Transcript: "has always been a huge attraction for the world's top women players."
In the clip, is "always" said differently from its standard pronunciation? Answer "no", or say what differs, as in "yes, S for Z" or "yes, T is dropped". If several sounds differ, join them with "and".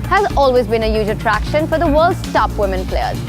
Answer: no